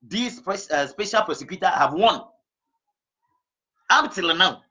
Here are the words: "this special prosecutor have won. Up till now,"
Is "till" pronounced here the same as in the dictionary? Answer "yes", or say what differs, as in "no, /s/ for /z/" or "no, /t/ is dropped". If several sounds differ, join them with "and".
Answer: yes